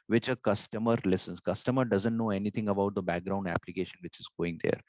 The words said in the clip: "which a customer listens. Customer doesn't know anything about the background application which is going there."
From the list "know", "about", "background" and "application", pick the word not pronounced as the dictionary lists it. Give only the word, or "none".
none